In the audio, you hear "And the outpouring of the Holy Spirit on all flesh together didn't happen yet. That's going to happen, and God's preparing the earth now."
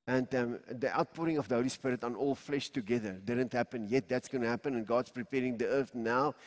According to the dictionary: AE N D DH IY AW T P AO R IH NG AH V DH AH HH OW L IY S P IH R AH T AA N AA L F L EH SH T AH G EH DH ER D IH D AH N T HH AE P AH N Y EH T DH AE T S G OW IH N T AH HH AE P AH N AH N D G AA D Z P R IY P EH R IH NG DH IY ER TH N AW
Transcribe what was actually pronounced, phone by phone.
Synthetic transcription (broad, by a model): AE N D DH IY AW T P AO R IH NG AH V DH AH HH OW L IY S P IH R AH T AA N AA L F L EH SH T AH G EH DH ER D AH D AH N T HH AE P AH N Y EH T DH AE T S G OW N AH HH AE P AH N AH N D G AA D S P R IY P EH R IH NG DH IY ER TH N AW